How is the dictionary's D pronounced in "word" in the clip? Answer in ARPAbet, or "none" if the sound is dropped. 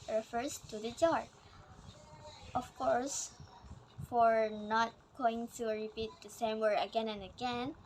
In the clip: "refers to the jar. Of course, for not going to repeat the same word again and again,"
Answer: none